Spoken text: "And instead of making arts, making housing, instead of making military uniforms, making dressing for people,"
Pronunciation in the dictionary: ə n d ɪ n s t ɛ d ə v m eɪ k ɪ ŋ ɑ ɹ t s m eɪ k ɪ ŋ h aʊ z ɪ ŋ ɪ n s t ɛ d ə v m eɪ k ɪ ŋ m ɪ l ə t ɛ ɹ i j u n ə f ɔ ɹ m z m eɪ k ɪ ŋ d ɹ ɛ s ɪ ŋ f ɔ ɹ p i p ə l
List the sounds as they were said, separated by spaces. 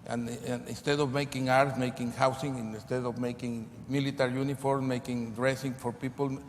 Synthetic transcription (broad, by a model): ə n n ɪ n s t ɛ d ə v m eɪ k ɪ ŋ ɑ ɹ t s m eɪ k ɪ ŋ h aʊ s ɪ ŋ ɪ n s t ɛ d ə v m eɪ k ɪ ŋ m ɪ l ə t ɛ ɹ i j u n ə f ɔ ɹ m m eɪ k ɪ ŋ d ɹ ɛ s ɪ ŋ f ɔ ɹ p i p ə l